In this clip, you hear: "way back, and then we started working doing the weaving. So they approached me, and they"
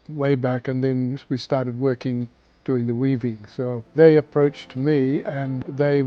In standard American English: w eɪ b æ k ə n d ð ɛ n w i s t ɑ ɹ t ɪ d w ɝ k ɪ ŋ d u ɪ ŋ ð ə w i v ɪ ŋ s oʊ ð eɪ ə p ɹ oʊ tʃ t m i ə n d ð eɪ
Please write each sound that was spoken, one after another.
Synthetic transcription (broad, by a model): w eɪ b æ k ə n ð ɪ n w i s t ɑ ɹ t ɪ d w ɝ k ɪ ŋ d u ɪ ŋ ð ə w i v ɪ ŋ s oʊ ð eɪ ə p ɹ oʊ tʃ t m i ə n ð eɪ